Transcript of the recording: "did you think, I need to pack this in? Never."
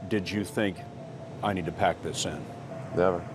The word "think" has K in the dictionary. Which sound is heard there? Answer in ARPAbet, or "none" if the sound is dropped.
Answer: K